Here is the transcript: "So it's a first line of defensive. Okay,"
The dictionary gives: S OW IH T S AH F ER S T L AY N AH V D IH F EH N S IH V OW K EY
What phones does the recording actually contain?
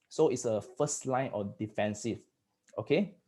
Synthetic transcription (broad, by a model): S OW IH T S AH F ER S T L AY N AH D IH F EH N S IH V OW K EY